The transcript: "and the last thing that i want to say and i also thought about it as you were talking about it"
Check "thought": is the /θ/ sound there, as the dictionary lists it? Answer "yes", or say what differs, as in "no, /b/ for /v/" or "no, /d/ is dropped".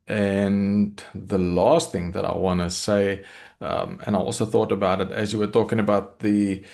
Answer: yes